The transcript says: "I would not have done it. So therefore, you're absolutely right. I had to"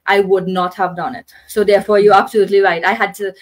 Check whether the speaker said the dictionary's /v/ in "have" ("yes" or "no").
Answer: yes